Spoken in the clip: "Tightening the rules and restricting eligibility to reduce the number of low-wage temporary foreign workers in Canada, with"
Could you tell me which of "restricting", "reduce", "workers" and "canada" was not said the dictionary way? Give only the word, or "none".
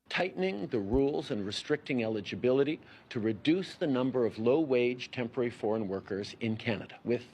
none